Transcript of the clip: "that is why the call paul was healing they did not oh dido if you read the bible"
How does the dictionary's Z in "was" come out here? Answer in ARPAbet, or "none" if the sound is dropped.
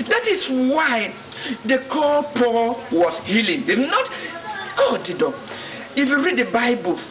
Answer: S